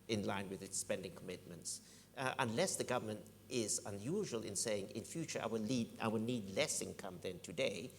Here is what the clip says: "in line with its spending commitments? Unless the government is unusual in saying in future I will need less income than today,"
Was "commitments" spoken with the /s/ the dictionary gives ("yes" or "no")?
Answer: yes